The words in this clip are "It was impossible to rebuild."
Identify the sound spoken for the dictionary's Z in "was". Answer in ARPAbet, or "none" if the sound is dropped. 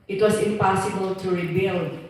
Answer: S